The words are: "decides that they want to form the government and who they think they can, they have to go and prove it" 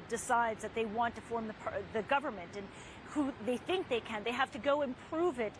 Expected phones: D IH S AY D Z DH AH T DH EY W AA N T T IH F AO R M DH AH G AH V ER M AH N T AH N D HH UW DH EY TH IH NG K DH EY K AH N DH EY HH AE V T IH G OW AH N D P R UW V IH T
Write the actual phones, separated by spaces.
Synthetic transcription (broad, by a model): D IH S AY D Z DH AH T DH EY W AA N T T IH F AO R M DH AH G AH V ER M AH N T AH N HH UW DH EY TH IH NG K DH EY K AH N DH EY HH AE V T IH G OW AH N P R UW V IH T